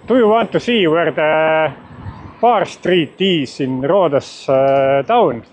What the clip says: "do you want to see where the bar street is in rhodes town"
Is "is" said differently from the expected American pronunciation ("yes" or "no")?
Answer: yes